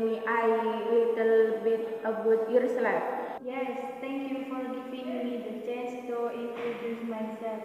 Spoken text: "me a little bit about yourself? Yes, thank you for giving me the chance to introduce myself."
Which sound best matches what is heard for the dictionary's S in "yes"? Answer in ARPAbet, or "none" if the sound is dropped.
S